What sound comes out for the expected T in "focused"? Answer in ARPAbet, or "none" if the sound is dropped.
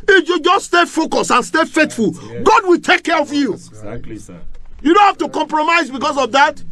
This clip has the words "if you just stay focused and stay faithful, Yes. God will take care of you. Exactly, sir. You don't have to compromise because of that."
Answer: none